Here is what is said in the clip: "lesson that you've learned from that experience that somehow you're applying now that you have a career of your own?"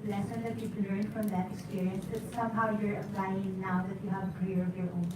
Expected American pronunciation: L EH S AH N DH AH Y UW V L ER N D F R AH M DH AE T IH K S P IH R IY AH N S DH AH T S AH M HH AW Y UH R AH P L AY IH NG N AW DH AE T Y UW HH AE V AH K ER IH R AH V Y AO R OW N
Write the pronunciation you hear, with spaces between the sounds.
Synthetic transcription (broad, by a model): L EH S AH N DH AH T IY P L ER N D F R AH M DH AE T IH K S P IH R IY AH N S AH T S AH M HH AW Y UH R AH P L AY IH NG N AW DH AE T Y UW HH AE V AH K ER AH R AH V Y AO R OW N